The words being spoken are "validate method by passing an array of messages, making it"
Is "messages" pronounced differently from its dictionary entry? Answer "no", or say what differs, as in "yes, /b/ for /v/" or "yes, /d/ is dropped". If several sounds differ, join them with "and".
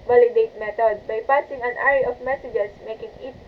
yes, /s/ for /z/